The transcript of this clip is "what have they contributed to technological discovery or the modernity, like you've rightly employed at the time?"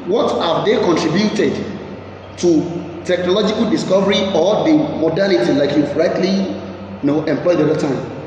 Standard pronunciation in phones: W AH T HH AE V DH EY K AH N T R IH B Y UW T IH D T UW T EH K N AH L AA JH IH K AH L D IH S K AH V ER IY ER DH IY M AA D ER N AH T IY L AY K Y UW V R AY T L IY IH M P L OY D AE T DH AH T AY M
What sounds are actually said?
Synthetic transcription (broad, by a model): W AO T HH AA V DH EY K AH N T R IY B Y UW T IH D T UW T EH K N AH L AA JH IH K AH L D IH S K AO V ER IY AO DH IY M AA D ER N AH T IY L AY K Y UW F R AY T L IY IH M P L OY D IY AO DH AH T AY M